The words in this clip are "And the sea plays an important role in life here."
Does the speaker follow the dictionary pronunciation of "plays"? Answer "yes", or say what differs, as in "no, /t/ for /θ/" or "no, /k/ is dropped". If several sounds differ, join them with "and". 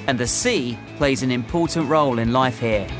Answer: yes